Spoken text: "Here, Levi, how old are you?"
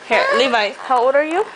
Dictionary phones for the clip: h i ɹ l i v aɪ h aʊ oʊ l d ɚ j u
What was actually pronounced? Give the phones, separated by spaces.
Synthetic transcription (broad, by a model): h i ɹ l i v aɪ h aʊ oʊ d ɚ j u